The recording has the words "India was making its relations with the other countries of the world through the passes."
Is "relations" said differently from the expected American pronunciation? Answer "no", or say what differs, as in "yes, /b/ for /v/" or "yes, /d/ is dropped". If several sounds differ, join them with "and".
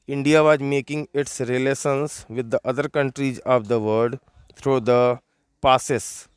yes, /s/ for /ʃ/